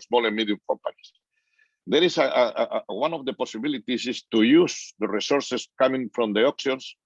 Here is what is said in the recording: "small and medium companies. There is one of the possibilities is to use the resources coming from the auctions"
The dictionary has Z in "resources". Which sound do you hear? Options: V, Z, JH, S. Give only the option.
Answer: S